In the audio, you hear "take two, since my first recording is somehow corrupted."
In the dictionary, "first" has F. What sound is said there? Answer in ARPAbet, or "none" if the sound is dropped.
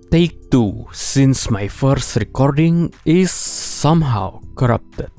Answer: F